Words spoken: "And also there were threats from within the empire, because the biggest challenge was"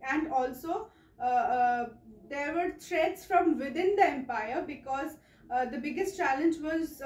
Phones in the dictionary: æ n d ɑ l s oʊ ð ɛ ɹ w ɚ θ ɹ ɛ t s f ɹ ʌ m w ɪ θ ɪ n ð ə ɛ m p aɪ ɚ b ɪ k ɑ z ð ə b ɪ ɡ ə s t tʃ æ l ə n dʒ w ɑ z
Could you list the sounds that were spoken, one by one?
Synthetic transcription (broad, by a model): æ n d ɑ l s oʊ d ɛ ɹ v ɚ t ɹ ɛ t s f ɹ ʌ m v ɪ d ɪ n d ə ɛ m p aɪ ɚ b ɪ k ɑ z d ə b ɪ ɡ ə s t tʃ æ l ə n dʒ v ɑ z